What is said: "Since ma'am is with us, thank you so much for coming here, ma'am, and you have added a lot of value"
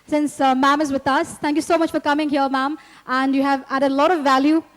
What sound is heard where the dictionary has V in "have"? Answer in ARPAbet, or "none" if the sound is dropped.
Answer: V